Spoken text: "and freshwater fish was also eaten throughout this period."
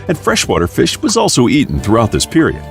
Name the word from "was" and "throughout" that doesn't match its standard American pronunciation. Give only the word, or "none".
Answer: none